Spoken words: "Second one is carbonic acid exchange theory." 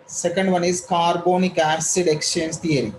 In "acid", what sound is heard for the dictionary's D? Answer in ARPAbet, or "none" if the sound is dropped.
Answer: D